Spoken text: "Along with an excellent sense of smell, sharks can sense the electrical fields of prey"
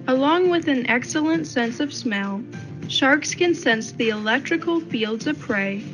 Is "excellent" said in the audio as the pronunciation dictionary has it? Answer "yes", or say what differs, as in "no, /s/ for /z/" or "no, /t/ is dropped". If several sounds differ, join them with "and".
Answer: yes